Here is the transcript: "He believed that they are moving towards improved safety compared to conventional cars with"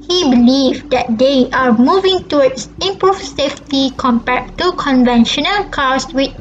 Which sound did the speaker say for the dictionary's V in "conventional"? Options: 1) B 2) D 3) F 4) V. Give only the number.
4